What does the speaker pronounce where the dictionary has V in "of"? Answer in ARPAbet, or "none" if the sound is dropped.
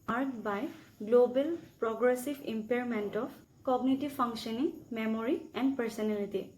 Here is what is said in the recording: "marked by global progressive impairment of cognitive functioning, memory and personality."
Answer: P